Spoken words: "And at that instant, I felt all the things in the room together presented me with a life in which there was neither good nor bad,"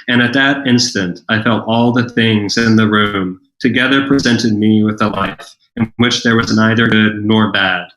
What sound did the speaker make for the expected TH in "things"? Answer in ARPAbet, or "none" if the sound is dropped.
TH